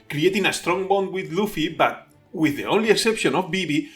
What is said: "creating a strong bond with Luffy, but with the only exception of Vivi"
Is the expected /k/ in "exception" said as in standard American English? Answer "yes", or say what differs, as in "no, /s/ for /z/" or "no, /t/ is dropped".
yes